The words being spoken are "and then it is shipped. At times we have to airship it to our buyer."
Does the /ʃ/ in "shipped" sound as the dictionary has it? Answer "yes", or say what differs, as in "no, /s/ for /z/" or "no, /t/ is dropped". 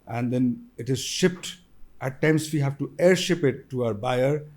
yes